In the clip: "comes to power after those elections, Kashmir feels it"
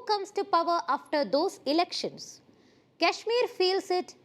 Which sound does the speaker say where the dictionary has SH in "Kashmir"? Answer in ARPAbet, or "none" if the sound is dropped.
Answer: SH